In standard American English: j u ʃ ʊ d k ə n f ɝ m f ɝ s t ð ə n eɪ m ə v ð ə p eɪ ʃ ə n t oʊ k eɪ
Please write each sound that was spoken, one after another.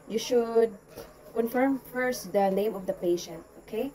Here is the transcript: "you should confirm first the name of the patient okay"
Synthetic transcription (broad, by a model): j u ʃ ʊ d k ə n f ɝ m f ɝ s t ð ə n eɪ m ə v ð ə p eɪ ʃ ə n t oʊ k eɪ